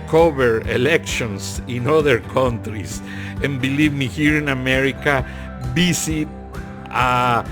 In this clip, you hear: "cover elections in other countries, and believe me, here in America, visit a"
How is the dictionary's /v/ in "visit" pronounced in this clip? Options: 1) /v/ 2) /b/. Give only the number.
2